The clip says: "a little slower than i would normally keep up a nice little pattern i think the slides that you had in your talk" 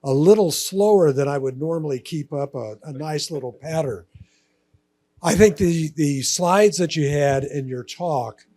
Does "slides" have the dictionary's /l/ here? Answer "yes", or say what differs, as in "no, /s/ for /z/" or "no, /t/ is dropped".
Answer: yes